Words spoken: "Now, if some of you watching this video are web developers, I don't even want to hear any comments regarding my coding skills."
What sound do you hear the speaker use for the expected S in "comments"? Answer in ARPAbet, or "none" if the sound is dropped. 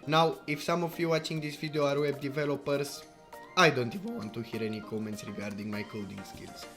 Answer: S